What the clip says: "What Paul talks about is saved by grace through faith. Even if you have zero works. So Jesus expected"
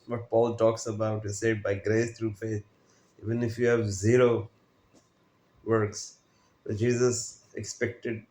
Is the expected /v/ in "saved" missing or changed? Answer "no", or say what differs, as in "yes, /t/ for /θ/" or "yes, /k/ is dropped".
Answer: yes, /v/ is dropped